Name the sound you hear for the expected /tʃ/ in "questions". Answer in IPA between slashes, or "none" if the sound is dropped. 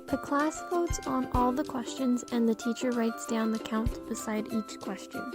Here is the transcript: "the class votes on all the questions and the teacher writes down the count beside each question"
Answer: /tʃ/